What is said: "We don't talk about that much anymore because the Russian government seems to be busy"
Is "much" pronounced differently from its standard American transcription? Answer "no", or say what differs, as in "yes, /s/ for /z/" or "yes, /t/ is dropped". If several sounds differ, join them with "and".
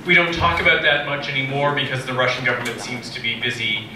no